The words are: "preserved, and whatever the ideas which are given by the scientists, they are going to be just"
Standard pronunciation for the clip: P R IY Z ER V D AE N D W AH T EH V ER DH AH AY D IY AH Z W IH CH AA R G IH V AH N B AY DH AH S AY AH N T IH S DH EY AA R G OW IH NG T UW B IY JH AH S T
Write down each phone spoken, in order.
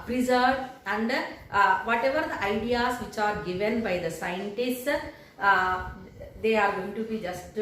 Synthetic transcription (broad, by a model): P R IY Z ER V AE N D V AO T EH V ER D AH AY D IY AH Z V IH CH AA R G IH V AH N B AY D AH S AY AH N T IH S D EY AA R G OW IH NG T UW B IY JH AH S T